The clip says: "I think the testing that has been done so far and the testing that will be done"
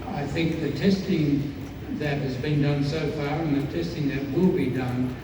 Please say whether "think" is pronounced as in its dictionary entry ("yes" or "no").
yes